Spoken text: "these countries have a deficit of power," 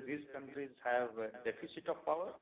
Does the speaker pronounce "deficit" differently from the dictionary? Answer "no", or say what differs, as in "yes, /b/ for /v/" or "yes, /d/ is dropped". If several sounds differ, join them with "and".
yes, /p/ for /f/